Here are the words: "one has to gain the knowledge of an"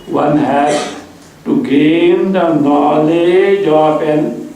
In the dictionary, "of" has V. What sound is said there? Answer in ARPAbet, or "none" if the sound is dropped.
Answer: P